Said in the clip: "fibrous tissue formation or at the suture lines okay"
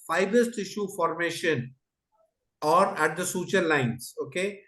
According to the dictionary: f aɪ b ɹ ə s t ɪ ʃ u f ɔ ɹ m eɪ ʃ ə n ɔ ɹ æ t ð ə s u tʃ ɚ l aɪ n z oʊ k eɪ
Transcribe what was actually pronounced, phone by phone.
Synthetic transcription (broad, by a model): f aɪ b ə s t ɪ ʃ u f ɔ ɹ m eɪ ʃ ə n ɔ ɹ æ t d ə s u tʃ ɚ l aɪ n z oʊ k eɪ